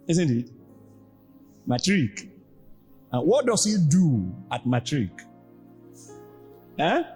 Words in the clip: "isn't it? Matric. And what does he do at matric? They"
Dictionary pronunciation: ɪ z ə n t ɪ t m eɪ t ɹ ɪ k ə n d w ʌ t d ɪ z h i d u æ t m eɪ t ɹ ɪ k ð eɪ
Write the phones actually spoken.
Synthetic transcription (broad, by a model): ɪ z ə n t ɪ t m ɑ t ɹ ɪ k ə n w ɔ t d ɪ s h i d u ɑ t m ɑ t ɹ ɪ k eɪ